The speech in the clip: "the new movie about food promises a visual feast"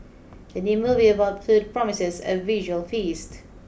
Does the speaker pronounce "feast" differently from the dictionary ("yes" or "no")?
no